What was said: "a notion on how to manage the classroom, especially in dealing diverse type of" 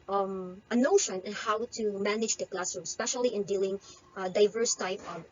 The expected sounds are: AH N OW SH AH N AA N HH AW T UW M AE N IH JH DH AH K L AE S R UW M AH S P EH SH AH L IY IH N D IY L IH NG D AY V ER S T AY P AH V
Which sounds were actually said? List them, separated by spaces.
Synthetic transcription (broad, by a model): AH N OW SH AH N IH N HH AW T UW M AE N IH JH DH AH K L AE S AH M S P EH SH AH L IY IH N D IY L IH NG D AY V ER S T AY P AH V